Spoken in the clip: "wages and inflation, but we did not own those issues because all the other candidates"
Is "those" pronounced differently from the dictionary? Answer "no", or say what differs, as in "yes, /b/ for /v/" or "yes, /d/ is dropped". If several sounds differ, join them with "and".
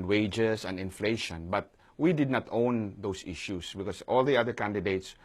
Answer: yes, /s/ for /z/